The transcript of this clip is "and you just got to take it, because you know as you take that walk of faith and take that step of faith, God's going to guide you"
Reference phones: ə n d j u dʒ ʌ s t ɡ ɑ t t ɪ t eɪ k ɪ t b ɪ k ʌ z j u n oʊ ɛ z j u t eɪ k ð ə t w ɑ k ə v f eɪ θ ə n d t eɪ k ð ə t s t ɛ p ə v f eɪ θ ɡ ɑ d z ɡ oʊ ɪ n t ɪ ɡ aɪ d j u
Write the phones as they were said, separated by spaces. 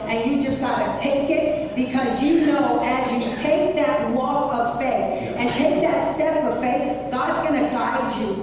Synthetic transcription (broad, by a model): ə n j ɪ dʒ ʌ s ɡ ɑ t t ɪ t eɪ k ɪ t b ɪ k ʌ z j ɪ n oʊ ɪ z j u t eɪ k ð ə t w ɑ k ə v f eɪ θ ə n t eɪ k ð ə t s t ɛ p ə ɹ f eɪ θ ɡ ɑ d z ɡ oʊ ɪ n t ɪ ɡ aɪ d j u